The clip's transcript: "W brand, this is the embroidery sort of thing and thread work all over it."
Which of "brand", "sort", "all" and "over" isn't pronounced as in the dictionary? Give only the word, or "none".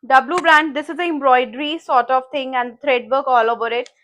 none